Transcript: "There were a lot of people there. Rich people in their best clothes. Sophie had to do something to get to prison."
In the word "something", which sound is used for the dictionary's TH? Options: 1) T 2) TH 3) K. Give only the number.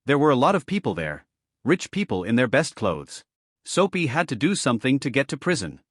2